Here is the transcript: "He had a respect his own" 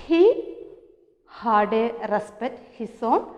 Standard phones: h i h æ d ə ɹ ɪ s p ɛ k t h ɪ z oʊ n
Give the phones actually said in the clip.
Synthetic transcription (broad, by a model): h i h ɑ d ə ɹ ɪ s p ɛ t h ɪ s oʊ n